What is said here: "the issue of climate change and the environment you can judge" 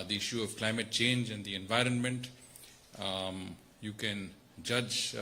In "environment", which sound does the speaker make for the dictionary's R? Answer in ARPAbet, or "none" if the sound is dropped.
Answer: R